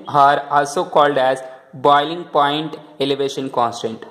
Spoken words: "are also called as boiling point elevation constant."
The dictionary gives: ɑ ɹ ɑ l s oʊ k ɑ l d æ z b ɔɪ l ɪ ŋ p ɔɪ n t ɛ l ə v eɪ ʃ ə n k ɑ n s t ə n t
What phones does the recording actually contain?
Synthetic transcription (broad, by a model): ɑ ɹ ɑ l s oʊ k ɑ l d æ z b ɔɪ l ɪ ŋ p ɔɪ n t ɛ l ə v eɪ ʃ ə n k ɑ n s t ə n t